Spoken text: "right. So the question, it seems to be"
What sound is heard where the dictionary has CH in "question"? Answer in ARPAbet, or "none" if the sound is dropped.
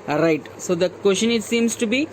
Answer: SH